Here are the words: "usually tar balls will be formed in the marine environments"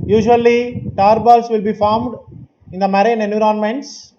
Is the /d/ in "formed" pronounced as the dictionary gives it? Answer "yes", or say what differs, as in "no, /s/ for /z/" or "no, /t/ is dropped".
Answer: yes